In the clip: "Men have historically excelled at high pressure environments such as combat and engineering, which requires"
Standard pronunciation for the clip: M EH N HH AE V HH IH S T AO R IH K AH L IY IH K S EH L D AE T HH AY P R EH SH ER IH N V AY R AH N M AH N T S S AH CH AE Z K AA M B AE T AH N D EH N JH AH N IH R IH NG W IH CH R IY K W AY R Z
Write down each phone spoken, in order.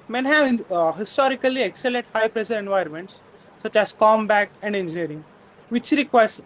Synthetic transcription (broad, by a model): M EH N HH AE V HH IH S T AO R IH K AH L IY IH K S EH L EH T HH AY P R EH SH ER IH N V AY R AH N M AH N T S S AH CH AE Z K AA M B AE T AH N D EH N JH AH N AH R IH NG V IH CH R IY K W AY R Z